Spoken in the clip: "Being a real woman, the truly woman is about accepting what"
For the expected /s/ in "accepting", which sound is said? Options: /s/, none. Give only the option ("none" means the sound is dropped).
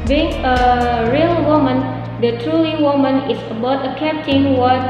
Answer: none